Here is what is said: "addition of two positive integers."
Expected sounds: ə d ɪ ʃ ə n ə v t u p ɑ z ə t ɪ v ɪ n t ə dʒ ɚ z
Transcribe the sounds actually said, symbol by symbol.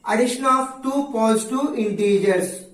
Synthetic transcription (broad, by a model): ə d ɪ ʃ ə n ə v t u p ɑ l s t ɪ ɪ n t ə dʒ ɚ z